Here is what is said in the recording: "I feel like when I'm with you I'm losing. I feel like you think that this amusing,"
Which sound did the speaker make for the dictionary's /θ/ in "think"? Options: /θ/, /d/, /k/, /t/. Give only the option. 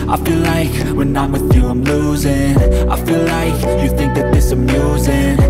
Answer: /θ/